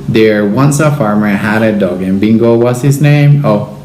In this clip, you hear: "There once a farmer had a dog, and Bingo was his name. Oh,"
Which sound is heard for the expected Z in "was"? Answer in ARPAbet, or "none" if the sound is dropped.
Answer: S